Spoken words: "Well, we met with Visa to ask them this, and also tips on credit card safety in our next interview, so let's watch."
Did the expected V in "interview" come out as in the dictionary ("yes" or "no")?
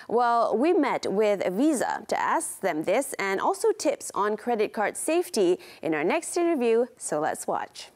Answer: yes